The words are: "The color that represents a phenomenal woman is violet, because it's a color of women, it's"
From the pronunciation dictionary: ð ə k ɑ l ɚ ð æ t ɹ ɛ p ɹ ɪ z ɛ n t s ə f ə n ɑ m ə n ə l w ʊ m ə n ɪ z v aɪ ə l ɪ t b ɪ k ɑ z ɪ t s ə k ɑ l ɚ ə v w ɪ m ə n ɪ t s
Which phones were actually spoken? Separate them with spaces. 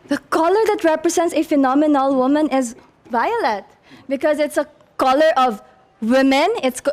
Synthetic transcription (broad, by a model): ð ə k ɑ l ɚ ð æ t ɹ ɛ p ɹ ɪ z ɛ n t s ə f ə n ɑ m ə n ə l w ʊ m ə n ɪ z v aɪ ə l ɪ t b ɪ k ɑ z ɪ t s ə k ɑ l ɚ ə v w ɪ m ə n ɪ t s